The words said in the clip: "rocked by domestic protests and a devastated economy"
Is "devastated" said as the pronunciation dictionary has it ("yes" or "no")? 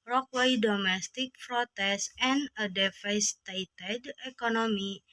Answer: no